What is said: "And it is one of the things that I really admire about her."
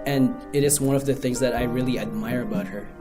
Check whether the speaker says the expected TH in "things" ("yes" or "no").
yes